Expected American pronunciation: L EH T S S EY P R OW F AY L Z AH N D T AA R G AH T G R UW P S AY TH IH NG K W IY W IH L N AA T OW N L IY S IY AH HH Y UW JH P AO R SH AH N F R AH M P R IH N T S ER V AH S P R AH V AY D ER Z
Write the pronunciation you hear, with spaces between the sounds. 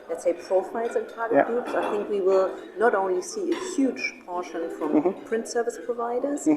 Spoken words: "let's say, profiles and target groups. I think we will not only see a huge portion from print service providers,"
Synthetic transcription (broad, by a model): L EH T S S EY P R OW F AY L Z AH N T AA R G AH T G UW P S AY TH IH NG K W IY W IH L N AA T OW N L IY S IY AH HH Y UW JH P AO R SH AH N F R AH M P R IH N T S ER V AH S P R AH V AY D ER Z